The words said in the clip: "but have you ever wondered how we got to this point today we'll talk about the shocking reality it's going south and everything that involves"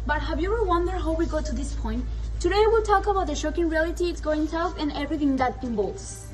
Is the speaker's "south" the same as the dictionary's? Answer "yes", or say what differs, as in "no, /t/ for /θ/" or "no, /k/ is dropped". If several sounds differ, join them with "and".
no, /f/ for /θ/